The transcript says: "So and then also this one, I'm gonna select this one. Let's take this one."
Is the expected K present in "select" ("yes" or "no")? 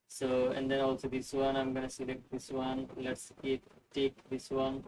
yes